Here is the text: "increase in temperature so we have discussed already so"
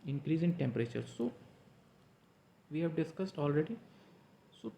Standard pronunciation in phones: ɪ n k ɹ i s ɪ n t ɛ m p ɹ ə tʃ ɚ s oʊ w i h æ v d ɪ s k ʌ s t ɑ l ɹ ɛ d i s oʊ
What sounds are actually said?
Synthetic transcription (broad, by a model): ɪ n k ɹ i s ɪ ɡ t ɛ m p ɹ ə tʃ ɚ s oʊ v i h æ v d ɪ s k ʌ s t ɑ l ɹ ɛ d i s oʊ